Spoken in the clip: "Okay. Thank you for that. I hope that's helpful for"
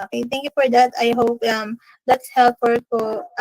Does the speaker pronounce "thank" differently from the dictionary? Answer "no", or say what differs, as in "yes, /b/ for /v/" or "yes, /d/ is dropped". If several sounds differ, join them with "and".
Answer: yes, /t/ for /θ/